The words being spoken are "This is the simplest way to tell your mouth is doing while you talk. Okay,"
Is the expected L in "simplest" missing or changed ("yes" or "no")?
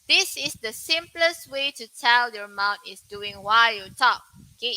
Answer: no